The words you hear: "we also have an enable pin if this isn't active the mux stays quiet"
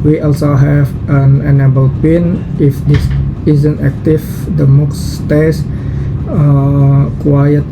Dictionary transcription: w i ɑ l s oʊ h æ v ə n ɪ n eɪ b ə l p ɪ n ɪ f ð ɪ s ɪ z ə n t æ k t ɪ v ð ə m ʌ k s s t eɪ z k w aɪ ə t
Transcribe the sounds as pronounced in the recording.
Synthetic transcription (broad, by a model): w i ɑ l s oʊ h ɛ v ə n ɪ n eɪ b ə l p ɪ n ɪ f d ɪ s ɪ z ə n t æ k t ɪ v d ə m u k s s t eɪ s k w aɪ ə t